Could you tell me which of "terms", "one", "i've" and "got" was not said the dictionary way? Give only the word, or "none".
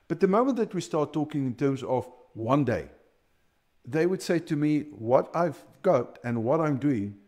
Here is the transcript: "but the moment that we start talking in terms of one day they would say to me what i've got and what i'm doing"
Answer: none